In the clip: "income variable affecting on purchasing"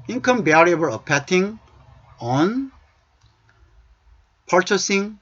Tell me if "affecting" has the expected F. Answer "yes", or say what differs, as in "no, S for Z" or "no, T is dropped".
no, P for F